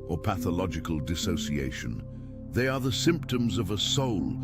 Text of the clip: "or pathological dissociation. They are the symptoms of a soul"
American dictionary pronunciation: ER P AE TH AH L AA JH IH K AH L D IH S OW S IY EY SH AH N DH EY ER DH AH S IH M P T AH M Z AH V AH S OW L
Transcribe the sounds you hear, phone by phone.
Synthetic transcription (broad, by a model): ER P AE TH AH L AA JH IH K AH L D IH S OW S IY EY SH AH N DH EY ER DH AH S IH M P T AH M Z AH V AH S OW L